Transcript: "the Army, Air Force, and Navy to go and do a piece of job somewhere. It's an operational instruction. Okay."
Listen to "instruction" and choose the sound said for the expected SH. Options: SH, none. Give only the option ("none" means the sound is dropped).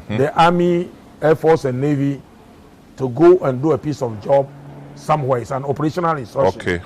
none